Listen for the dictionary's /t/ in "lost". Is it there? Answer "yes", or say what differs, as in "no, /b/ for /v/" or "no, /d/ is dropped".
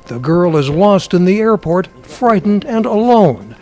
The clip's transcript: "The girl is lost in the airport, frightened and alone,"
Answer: yes